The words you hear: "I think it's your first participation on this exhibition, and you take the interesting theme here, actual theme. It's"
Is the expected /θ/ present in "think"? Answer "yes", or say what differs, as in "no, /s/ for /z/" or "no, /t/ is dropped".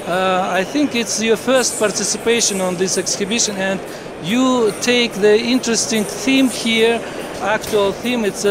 yes